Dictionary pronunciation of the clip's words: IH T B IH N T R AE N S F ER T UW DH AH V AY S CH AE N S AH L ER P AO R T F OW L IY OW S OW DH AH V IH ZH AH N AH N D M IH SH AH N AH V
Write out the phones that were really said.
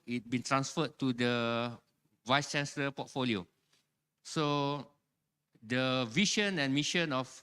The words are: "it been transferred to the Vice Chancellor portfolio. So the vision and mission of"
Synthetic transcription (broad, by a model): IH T B IH N T R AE N S F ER T UW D AH V AY S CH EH N S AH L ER P AO T F OW L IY OW S OW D AH V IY SH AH N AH N M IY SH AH N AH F